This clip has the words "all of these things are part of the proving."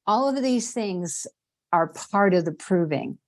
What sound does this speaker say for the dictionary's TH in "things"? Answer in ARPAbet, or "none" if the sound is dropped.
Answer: TH